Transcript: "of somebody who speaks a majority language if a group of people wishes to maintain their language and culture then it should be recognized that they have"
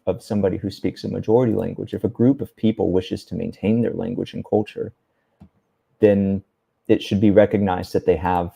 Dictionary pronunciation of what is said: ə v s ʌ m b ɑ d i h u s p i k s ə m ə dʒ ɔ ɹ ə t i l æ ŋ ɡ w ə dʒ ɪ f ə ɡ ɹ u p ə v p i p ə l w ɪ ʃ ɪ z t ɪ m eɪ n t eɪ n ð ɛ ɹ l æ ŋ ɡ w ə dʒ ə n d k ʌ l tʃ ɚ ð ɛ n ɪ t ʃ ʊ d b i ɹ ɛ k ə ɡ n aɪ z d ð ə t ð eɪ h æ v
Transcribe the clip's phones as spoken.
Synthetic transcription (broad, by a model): ə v s ʌ m b ɑ d i h u s p i k s ə m ə dʒ ɔ ɹ ə t i l æ ŋ ɡ w ə dʒ ɪ f ə ɡ ɹ u p ə v p i p l w ɪ ʃ ɪ z t ɪ m eɪ n t eɪ n ð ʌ ɹ l æ ŋ ɡ w ə dʒ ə n k ʌ l tʃ ɚ ð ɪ n ɪ t ʃ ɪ d b i ɹ ɛ k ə ɡ n aɪ z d ð ə t ð eɪ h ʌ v